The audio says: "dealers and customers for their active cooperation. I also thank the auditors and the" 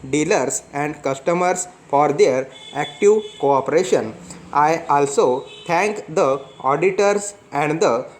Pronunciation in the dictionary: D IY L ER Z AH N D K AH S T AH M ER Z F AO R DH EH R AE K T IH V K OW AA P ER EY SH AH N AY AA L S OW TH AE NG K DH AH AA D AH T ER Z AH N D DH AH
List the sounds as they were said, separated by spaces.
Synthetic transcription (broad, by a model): D IY L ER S AH N D K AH S T AH M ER S F AO R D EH R AE K T IH V K OW AA P ER EY SH AH N AY AA L S OW T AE NG K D AH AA D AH T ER S AH N D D AH